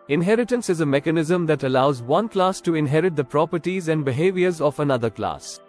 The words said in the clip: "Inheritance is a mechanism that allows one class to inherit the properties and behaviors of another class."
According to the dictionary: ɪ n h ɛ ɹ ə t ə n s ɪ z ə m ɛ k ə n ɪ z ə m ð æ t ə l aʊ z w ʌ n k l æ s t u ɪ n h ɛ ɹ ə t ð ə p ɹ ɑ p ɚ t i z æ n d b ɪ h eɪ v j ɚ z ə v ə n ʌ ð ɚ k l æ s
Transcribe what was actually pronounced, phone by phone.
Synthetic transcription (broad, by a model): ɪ n h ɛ ɹ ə t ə n s ɪ z ə m ɛ k ə n ɪ z ə m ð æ t ə l aʊ z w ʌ n k l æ s t u ɪ n h ɛ ɹ ə t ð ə p ɹ ɑ p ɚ t i z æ n d b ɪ h eɪ v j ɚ z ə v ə n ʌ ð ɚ k l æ s